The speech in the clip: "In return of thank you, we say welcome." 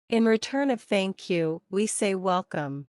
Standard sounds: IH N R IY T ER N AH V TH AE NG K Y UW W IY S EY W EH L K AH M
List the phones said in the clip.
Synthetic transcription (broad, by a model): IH N R IY T ER N AH V TH AE NG K Y UW W IY S EY W EH L K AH M